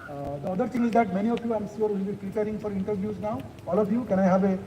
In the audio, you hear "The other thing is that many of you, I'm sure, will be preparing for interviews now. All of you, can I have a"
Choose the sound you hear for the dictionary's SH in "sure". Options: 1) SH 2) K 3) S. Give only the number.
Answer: 3